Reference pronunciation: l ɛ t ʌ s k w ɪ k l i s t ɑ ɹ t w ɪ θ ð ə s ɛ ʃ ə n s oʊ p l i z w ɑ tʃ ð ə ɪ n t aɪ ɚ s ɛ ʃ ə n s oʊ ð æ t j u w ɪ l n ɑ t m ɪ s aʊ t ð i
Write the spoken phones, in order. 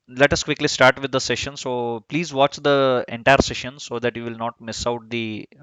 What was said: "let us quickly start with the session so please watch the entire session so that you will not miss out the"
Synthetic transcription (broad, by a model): l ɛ t ʌ s k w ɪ k l i s t ɑ ɹ t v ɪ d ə s ɛ ʃ ə n s oʊ p l i z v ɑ tʃ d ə ɪ n t aɪ ɚ s ɛ ʃ ə n s oʊ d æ t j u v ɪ l n ɑ t m ɪ s aʊ t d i